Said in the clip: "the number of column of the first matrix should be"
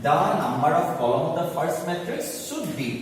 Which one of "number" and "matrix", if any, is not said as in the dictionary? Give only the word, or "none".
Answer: none